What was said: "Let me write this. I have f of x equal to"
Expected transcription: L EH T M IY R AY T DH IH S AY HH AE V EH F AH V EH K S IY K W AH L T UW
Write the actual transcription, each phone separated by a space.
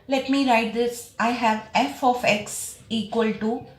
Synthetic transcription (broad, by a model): L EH T M IY R AY T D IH S AY HH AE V EH F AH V EH K S IY K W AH L T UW